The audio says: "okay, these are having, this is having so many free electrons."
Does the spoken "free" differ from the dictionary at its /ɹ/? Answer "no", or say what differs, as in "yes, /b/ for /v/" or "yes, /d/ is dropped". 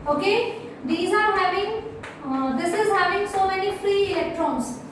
no